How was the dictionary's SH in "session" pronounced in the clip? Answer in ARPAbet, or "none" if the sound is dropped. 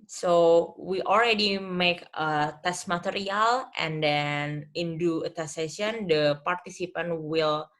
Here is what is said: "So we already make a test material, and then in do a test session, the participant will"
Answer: none